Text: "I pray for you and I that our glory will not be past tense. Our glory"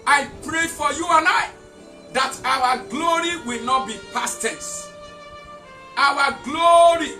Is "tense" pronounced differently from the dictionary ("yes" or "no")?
yes